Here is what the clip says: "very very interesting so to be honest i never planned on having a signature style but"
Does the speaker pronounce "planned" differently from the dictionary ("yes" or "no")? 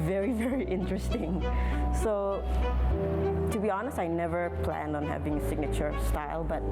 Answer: no